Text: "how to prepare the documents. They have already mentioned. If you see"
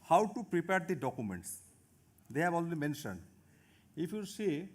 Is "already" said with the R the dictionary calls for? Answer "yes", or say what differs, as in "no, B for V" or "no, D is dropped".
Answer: no, L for R